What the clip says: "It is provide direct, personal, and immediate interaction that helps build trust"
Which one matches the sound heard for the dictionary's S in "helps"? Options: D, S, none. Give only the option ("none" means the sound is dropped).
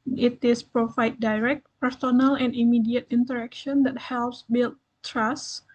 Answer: S